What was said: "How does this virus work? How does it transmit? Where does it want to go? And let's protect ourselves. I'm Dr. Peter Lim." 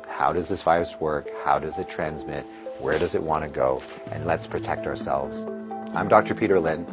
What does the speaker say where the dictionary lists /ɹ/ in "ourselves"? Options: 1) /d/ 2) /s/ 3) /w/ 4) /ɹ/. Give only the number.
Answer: 4